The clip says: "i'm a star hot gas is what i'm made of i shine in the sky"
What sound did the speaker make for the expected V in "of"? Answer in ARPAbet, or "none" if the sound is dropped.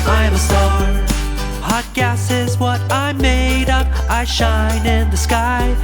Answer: P